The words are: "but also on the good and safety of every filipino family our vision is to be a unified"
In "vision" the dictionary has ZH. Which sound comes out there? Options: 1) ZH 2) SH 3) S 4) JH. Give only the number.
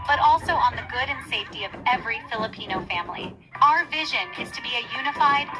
1